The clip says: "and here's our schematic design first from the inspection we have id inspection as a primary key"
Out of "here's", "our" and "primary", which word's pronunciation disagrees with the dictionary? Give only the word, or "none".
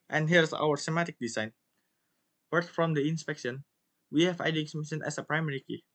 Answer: here's